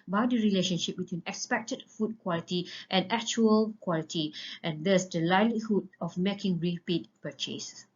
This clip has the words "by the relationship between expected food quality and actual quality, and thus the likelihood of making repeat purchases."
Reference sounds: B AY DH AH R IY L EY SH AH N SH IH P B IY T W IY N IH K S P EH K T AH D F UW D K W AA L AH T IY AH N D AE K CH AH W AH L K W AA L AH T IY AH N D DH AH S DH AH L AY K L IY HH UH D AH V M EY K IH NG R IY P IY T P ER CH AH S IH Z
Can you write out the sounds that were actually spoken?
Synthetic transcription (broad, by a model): B AY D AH R IY L EY SH AH N SH IH P B IY T W IY N IH K S P EH K T AH D F UW D K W AA L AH T IY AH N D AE K CH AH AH L K W AA L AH T IY AH N D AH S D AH L AY L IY HH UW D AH F M EY K IH NG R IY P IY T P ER CH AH S